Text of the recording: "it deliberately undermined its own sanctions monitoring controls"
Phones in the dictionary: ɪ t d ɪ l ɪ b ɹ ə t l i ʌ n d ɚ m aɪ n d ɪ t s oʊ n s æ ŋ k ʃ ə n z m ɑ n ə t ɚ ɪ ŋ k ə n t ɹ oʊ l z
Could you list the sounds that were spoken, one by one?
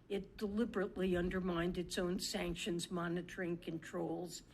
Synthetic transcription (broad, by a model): ɪ t d ɪ l ɪ b ɹ ə t l i ʌ n d ɚ m aɪ n d ɪ t s oʊ n s æ ŋ k ʃ ə n z m ɑ n ə t ɚ ɪ ŋ k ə n t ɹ oʊ l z